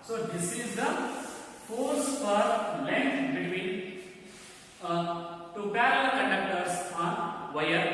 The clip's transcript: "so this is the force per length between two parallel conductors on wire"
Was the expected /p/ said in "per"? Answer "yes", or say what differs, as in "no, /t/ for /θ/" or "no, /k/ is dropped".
no, /f/ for /p/